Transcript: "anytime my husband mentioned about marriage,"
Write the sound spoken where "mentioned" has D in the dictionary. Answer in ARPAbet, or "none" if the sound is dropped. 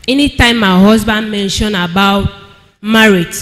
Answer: none